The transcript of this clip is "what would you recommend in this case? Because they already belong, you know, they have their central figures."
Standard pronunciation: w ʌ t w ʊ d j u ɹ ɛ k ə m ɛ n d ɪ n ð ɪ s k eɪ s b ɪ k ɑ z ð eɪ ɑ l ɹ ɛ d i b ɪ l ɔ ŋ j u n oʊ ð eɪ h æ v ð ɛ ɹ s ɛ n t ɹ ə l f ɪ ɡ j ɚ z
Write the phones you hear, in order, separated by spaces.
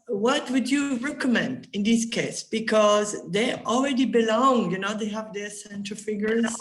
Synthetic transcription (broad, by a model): w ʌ t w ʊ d j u ɹ ɛ k ə m ɛ n d ɪ n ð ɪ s k eɪ s b ɪ k ɑ z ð eɪ ɑ l ɹ ɛ d i b ɪ l ɔ ŋ j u n oʊ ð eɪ h æ v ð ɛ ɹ s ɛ n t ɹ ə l f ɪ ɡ j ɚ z